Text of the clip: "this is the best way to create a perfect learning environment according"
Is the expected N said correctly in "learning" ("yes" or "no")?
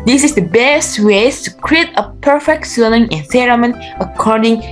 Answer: no